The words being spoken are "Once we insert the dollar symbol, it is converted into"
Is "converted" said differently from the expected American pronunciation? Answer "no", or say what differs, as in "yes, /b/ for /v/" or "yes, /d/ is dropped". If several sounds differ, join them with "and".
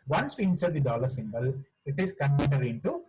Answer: yes, /v/ is dropped